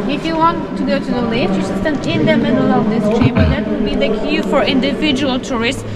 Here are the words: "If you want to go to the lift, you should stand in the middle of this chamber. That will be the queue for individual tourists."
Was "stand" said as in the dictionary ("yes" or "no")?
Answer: no